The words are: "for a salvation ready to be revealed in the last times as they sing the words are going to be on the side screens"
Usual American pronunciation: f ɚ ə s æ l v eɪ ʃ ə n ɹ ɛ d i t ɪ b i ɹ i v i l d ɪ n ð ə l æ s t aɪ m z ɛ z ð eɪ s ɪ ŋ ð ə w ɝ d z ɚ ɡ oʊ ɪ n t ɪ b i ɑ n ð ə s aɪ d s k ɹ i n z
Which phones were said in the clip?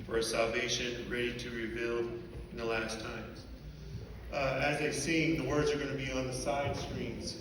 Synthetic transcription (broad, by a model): f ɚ ə s æ l v eɪ ʃ ə n ɹ ɛ d i t ɪ ɹ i b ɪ l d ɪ n ð ə l æ s t aɪ m z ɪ z ð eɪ s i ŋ ð ə w ɝ d z ɚ ɡ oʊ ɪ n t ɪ b i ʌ n ð ə s aɪ d s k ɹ i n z